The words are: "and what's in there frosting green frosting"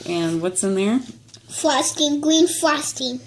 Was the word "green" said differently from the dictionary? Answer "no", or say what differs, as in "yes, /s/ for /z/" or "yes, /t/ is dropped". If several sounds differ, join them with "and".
yes, /l/ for /ɹ/